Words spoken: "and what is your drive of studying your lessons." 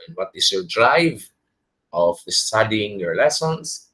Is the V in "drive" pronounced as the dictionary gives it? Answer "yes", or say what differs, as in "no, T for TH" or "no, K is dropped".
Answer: yes